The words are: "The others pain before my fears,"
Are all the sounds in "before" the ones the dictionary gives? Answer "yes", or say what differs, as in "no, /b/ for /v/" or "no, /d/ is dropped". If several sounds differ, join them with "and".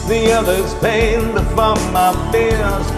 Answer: no, /p/ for /f/